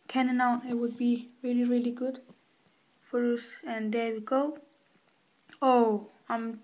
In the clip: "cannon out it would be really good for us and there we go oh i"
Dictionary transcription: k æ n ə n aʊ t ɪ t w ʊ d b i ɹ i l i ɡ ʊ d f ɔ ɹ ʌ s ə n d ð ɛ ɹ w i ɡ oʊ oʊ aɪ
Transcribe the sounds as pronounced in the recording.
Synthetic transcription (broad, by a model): k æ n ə n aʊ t ɪ t w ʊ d b i ɹ i l i ɡ ʊ d f ɔ ɹ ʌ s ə n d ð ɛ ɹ w i ɡ oʊ oʊ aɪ